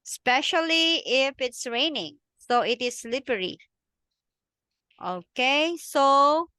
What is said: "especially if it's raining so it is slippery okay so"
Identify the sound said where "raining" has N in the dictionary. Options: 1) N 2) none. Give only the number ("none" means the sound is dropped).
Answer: 1